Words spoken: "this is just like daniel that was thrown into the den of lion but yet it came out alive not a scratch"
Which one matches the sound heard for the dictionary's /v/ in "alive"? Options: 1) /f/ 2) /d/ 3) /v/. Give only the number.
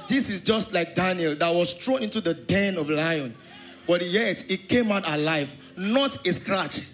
3